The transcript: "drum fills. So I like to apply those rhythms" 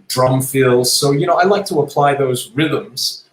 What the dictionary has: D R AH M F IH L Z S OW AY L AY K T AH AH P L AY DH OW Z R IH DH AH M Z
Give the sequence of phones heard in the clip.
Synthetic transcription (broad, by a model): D R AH M F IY L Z S OW AY L AY K T AH AH P L AY DH OW Z R IH DH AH M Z